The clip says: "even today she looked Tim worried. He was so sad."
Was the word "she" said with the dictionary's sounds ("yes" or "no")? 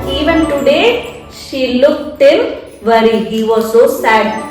yes